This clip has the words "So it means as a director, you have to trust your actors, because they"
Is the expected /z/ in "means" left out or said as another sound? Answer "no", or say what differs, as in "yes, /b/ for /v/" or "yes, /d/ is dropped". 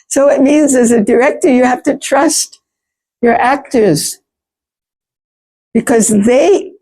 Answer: no